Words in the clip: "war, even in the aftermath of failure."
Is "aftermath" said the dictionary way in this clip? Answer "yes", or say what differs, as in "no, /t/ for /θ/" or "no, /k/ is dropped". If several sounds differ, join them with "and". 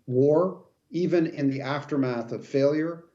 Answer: yes